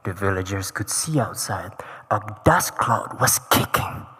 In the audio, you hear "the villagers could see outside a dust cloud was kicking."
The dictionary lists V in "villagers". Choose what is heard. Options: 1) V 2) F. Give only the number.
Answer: 1